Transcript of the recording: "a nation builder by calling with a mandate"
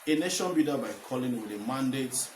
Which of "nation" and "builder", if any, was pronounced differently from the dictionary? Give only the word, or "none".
builder